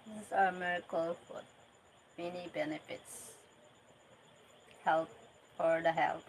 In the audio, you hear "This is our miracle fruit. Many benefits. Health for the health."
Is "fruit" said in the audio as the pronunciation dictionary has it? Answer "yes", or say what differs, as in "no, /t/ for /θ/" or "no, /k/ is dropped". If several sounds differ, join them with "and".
no, /ɹ/ is dropped